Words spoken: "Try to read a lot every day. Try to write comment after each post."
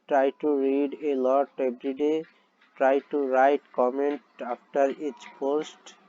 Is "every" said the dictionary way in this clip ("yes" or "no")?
no